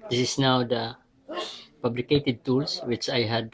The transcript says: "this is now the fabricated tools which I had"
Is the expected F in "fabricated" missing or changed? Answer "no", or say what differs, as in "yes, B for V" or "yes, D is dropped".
yes, P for F